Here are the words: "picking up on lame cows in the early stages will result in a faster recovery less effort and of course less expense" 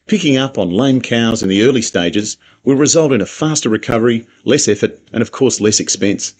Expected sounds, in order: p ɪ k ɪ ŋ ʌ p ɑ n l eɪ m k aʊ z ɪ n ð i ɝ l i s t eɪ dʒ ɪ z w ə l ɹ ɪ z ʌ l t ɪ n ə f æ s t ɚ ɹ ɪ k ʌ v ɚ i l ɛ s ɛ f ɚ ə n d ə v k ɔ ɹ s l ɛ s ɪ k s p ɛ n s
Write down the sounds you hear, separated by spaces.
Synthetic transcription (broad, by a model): p ɪ k ɪ ŋ ʌ p n l eɪ m k aʊ z ɪ n ð i ɝ l i s t eɪ dʒ ɪ z w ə ɹ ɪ z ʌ l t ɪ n ə f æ s t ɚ ɹ ɪ k ʌ v ɚ i l ɛ s ɛ f ɚ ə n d ə v k ɔ ɹ s l ɛ s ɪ k s p ɛ n s